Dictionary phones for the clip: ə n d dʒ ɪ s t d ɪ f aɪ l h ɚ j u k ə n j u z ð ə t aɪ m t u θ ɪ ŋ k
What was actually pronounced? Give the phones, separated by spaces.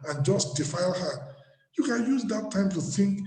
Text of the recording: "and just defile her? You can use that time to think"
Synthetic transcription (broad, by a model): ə n dʒ ɪ s t d ɪ f aɪ l h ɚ j u k ə n j u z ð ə t aɪ m t u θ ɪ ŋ k